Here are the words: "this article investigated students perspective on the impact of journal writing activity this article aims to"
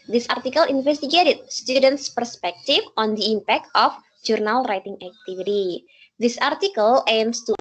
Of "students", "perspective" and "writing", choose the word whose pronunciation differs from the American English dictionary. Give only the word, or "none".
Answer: perspective